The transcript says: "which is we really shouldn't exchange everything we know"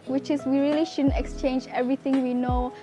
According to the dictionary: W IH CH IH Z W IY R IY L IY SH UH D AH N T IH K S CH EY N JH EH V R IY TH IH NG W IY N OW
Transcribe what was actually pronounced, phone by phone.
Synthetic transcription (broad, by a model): W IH CH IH S W IY R IY L IY SH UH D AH N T IH K S CH EY N JH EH V R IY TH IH NG W IY N OW